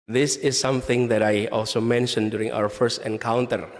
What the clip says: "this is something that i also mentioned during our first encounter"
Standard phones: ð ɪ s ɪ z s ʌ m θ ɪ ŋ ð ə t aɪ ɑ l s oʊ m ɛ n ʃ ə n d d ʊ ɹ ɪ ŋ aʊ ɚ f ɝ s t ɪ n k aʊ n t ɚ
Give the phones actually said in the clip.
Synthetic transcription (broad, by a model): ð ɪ s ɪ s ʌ m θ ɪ ŋ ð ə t aɪ ɑ l s oʊ m ɛ n ʃ ə n d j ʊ ɹ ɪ ŋ aʊ ɚ f ɝ s t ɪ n k aʊ n t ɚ